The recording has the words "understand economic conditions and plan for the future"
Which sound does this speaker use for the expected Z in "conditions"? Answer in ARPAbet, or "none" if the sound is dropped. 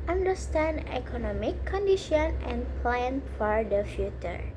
none